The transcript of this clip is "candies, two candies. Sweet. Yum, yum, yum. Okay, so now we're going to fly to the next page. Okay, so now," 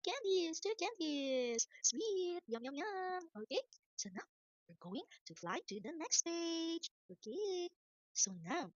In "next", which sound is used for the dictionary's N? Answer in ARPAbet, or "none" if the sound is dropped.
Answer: N